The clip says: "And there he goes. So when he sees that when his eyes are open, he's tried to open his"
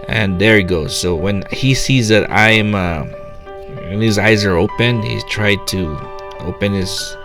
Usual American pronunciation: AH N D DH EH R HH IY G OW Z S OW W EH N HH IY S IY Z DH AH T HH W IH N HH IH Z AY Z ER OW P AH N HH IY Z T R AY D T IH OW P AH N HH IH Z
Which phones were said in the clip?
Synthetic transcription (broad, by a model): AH N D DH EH R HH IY G OW Z S OW W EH N HH IY S IY Z DH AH T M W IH N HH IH Z AY Z ER OW P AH N HH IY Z T R AY D T IH OW P AH N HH IH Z